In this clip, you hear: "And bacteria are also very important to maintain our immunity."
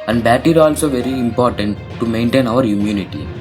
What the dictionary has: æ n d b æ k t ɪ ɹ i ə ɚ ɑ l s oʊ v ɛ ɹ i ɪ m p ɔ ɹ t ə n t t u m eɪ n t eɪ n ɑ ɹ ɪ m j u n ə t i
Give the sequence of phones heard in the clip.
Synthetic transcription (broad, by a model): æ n d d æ t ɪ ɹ ɑ l s oʊ v ɛ ɹ i ɪ m p ɔ ɹ t ə n t t u m eɪ n t eɪ n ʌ ɹ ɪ m j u n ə t i